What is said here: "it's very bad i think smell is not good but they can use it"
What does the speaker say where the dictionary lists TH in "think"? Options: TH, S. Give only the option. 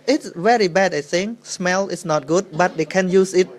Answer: S